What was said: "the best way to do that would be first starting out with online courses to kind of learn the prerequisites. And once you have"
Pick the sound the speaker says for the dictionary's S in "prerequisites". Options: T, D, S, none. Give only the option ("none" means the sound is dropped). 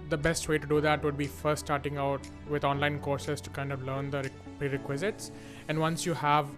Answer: S